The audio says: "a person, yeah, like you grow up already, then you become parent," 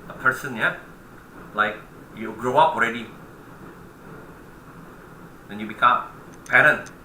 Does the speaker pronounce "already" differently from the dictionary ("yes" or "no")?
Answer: no